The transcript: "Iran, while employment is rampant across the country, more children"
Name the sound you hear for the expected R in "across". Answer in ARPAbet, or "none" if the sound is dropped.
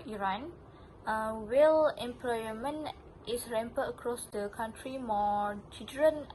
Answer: R